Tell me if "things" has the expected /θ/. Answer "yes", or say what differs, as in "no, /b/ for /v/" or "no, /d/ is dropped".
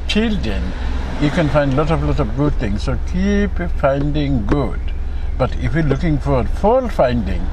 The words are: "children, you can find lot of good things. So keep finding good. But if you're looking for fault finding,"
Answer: no, /t/ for /θ/